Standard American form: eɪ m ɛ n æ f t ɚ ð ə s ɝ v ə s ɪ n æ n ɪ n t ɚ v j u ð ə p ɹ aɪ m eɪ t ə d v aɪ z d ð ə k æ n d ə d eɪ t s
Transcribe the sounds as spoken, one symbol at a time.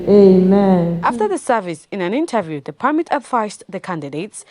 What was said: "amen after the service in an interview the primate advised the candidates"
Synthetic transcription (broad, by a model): eɪ m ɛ n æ f t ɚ ð ə s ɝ v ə s ɪ n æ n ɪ n t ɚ v j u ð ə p aɪ m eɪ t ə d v aɪ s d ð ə k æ n d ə d eɪ t s